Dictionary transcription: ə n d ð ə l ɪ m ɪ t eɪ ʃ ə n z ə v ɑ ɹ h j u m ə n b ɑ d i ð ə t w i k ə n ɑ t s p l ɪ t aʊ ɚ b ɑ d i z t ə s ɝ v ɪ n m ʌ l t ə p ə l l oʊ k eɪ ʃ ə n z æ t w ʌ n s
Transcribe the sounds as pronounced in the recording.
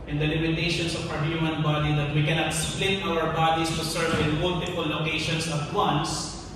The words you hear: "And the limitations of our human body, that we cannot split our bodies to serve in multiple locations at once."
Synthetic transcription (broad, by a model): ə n d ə l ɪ m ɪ t eɪ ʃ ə n s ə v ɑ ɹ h j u m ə n b ɑ d i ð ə t w i k ə n ɑ t s p l ɪ t aʊ ɚ b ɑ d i s t ə s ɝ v ɪ n m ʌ l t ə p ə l l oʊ k eɪ ʃ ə n s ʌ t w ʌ n s